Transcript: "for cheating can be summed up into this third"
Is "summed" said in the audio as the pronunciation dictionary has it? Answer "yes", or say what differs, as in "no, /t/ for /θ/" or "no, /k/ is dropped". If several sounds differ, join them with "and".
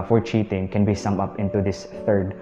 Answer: no, /d/ is dropped